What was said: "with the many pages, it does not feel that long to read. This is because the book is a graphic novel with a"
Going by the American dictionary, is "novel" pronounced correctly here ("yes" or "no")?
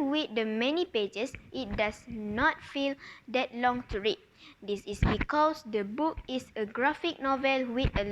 yes